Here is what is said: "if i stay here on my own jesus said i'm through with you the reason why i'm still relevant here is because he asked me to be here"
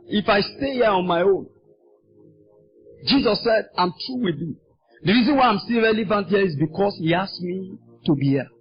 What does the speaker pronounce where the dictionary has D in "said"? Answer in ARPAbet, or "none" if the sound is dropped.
D